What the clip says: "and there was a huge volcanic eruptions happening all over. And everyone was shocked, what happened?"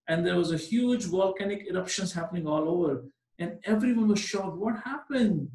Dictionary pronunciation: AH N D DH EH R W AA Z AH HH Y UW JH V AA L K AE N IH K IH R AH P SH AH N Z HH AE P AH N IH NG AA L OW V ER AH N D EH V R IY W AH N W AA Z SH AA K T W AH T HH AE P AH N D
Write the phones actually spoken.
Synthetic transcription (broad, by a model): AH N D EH R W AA Z AH HH Y UW JH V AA L K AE N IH K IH R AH P SH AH N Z HH AE P AH N IH NG AA L OW V ER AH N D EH V R IY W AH N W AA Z SH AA T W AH T HH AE P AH N D